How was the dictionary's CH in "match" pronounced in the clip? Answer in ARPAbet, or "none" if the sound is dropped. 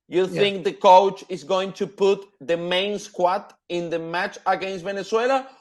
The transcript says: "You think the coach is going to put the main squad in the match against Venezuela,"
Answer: CH